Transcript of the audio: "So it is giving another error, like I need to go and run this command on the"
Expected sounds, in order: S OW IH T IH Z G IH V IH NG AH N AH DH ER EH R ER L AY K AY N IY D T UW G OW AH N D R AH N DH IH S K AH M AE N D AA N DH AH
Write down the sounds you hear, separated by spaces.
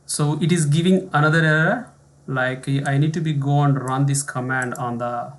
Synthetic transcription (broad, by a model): S OW IH T IH Z G IH V IH NG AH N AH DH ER R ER L AY K AY N IY D T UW G OW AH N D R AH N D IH S K AH M AE N D AA N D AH